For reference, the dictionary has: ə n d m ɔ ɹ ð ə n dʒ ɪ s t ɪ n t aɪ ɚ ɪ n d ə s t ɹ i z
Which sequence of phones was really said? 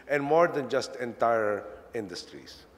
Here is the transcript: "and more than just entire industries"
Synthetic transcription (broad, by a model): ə n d m ɔ ɹ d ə n dʒ ɪ s t ɪ n t aɪ ɚ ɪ n d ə s t ɹ i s